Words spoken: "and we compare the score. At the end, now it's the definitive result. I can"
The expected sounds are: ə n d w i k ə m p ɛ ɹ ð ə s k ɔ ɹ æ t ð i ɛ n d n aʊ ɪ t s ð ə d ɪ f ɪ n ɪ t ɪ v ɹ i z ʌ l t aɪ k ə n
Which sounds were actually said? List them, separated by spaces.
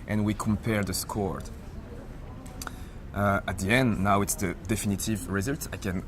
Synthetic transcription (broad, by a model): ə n w i k ə m p ɛ ɹ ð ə s k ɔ ɹ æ t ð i ɛ n d n aʊ ɪ t s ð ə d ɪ f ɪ n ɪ t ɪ v ɹ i z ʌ l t aɪ k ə n